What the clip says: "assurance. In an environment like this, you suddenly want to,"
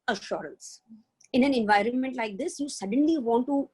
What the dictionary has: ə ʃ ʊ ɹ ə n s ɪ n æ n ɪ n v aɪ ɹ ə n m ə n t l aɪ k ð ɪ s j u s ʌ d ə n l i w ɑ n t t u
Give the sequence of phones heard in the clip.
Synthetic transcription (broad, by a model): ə ʃ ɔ ɹ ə n s ɪ n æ n ɪ n v aɪ ɹ ə n m ə n t l aɪ k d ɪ s j u s ʌ d ə n l i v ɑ n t t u